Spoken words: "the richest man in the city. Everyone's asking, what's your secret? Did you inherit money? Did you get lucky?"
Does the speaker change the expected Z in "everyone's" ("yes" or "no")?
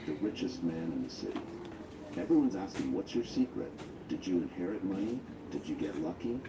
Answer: no